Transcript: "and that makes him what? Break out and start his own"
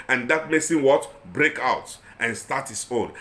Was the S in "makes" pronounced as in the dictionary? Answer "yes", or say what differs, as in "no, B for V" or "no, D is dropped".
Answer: yes